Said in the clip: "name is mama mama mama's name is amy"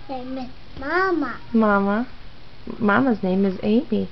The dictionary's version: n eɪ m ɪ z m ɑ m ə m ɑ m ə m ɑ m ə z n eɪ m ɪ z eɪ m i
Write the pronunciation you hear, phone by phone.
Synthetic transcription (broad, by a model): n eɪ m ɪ m ɑ m ə m ɑ m ə m ɑ m ə z n eɪ m ɪ z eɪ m i